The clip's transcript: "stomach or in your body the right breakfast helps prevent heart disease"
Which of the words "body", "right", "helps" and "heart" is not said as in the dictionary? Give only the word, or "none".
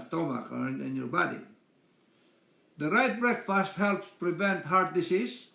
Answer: none